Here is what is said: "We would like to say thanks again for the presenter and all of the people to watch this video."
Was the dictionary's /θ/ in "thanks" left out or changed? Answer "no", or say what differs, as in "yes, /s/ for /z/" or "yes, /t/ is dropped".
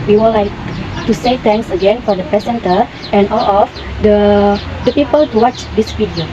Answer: yes, /t/ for /θ/